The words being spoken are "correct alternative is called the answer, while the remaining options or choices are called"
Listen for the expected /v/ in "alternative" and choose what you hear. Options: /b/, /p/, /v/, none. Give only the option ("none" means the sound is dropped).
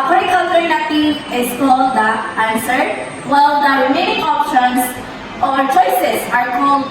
none